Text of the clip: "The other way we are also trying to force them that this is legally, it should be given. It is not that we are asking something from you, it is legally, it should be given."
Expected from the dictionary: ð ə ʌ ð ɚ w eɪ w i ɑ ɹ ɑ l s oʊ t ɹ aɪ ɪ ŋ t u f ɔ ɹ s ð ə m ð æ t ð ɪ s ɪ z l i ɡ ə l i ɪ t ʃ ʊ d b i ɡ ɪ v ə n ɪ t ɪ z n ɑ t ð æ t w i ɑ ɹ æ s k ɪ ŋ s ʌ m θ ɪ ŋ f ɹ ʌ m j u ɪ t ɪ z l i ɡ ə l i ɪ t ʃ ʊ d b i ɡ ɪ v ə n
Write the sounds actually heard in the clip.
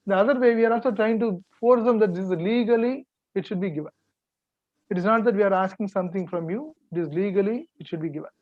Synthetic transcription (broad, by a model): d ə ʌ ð ɚ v eɪ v i ɑ ɹ ɑ l s oʊ t ɹ aɪ ɪ ŋ t u f ɔ ɹ s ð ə m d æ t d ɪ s ɪ z l i ɡ ə l i ɪ t ʃ ʊ d b i ɡ ɪ v ə n ɪ t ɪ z n ɑ t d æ t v i ɑ ɹ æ s k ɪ ŋ s ʌ m t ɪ ŋ f ɹ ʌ m j u ɪ t ɪ z l i ɡ ə l i ɪ t ʃ ʊ d b i ɡ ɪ v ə n